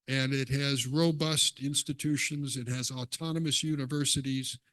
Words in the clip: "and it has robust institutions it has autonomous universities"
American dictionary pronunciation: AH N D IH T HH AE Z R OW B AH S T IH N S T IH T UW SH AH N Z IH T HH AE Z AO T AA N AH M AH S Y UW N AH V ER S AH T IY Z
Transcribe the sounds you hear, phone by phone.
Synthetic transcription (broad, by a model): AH N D IH T HH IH Z R OW B AH S T IH N S T IH T UW SH AH N Z IH T HH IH Z AO T AA N AH M AH S Y UW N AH V ER S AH T IY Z